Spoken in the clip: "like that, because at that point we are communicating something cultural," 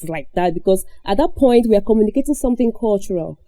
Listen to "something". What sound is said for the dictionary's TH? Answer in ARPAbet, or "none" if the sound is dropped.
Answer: TH